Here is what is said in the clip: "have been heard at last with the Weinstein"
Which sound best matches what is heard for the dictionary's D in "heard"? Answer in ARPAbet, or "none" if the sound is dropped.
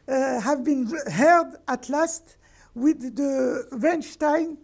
D